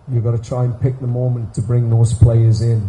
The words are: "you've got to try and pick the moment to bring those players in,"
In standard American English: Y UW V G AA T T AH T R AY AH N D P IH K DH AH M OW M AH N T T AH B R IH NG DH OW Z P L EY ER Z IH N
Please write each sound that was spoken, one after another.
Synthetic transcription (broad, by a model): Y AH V G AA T T AH T R AY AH N P IH K DH AH M OW M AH N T T AH B R IH NG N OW S P L EY ER Z IH N